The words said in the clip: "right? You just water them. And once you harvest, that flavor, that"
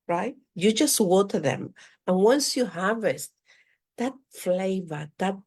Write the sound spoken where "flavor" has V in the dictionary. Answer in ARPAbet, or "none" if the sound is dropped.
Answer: V